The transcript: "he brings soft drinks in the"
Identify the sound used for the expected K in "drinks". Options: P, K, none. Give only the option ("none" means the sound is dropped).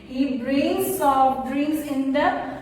none